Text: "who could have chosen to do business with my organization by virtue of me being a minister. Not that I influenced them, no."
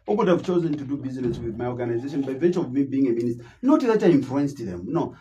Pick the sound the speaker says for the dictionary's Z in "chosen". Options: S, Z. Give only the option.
Z